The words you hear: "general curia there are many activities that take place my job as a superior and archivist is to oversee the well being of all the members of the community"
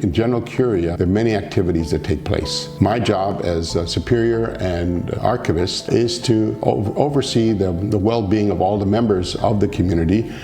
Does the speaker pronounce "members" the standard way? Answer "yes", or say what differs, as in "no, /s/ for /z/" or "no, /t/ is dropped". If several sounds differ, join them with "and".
yes